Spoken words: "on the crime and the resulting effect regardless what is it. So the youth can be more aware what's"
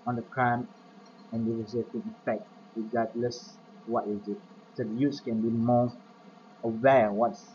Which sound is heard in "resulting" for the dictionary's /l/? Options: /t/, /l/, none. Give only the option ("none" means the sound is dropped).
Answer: none